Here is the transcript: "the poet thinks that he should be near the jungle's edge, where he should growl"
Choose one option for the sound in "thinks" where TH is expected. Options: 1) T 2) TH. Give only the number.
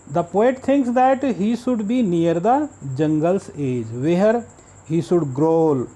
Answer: 1